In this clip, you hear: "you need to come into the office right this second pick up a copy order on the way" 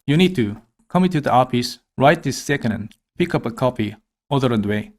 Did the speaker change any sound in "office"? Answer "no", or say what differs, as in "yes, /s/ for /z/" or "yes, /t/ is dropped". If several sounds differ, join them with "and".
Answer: yes, /p/ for /f/